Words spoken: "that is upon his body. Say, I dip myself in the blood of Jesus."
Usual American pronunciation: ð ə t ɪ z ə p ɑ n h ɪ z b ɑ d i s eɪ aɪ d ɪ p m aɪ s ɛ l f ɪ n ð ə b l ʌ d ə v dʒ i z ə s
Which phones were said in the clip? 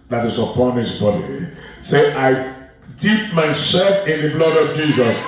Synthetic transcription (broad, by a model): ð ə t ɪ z ə p ɑ n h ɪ s b ɑ d i s eɪ aɪ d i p m aɪ s ɛ l f ɪ n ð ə b l ʌ d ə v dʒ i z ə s